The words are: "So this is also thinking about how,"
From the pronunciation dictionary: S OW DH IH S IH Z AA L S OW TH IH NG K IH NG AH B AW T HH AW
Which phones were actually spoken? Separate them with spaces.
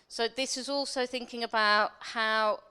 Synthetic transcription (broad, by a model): S OW DH IH S IH Z AA L S OW TH IH NG K IH NG AH B AW T HH AW